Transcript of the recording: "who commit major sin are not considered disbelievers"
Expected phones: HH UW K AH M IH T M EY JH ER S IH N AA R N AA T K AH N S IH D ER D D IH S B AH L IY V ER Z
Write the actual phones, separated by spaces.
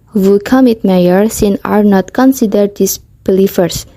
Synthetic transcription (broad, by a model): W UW K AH M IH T M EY ER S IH N AA R N AA T K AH N S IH D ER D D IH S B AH L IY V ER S